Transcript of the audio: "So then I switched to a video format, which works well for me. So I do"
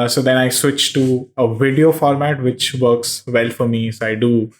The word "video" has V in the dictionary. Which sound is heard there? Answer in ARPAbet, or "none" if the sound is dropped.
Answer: V